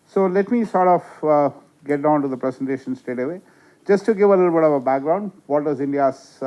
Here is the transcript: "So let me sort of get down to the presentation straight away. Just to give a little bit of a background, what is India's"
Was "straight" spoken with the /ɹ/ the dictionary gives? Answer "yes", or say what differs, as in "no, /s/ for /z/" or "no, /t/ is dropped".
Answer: no, /ɹ/ is dropped